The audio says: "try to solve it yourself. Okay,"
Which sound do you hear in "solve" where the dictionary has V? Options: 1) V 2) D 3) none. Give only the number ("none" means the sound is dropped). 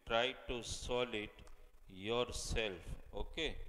3